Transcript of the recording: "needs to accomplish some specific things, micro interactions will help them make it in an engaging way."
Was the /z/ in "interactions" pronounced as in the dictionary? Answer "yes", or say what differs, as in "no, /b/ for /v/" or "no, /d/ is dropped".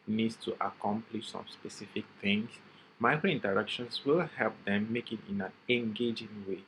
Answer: no, /s/ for /z/